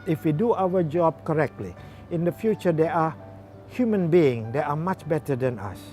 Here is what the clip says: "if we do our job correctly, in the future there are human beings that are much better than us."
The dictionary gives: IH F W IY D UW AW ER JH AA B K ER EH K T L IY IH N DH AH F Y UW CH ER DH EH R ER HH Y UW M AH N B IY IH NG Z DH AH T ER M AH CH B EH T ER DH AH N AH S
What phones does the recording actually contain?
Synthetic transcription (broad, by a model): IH F W IY D UW AW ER JH AA B K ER EH K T L IY IH N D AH F Y UW CH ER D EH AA HH Y UW M AH N B IY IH NG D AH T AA M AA CH B EH T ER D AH N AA S